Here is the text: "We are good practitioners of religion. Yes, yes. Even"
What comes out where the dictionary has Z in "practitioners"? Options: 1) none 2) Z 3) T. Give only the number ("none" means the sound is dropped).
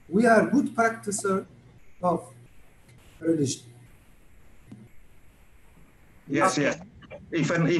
1